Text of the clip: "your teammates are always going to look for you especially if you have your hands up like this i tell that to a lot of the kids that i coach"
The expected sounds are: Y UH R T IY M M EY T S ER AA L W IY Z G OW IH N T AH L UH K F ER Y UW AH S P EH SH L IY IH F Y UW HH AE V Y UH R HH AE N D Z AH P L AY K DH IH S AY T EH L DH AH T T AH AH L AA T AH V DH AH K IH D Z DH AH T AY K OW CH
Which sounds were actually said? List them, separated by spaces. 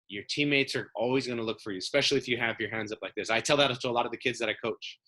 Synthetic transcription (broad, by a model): Y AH R T IY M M EY T S ER AA L W IY Z G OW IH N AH L UH K F ER Y UW S P EH SH L IY IH F Y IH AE V Y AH R HH AE N D Z AH P L AY K DH IH S AY T EH L DH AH T T AH AH L AA T AH V DH AH K IH D Z DH AH T AY K OW CH